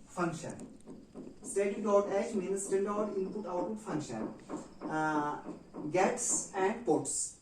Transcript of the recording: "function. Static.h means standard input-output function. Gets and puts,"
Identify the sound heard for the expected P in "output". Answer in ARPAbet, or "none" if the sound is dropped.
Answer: none